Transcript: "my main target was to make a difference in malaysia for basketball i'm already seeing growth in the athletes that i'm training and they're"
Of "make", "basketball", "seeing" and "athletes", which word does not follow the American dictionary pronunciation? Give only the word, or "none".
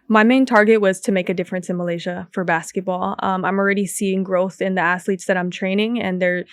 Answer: athletes